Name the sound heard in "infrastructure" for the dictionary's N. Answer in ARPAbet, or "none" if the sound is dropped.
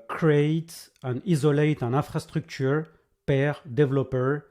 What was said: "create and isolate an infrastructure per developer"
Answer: none